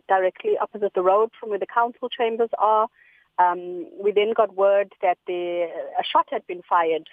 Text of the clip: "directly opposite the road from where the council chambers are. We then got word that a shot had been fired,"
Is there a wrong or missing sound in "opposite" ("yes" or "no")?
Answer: no